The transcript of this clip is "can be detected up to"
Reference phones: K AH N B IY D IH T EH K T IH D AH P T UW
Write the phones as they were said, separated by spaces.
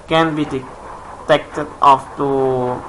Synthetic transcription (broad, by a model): K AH N B IY D IH T EH K T IH D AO F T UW